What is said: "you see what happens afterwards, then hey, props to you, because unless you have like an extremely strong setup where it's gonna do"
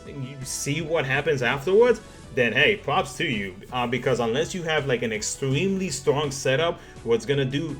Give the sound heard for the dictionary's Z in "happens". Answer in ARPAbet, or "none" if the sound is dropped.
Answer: Z